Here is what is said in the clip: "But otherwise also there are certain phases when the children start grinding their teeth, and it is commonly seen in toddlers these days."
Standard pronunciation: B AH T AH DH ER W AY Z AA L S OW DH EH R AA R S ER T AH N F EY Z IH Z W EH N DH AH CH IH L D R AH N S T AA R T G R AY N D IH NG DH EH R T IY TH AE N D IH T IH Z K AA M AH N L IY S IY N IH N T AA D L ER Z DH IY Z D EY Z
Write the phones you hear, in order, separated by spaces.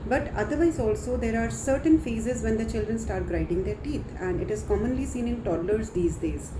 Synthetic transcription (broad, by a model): B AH T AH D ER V AY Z AA L S OW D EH R AA R S ER T AH N F EY Z IH Z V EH N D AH CH IH L D R AH N S T AA R T G R AY D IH NG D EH R T IY T AE N D IH T IH Z K AA M AH N L IY S IY N IH N T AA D L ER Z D IY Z D EY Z